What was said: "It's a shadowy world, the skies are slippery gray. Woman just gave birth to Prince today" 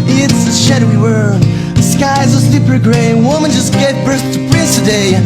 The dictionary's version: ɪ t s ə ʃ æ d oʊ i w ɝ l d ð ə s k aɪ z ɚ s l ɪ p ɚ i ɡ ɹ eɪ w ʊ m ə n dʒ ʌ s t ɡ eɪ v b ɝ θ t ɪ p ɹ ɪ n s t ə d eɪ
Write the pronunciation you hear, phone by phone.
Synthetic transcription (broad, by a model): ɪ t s ə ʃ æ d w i w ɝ ð ə s k aɪ z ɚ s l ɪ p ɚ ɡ ɹ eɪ w ʊ m ə n dʒ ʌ s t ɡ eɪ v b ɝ s t ɪ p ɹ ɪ s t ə d eɪ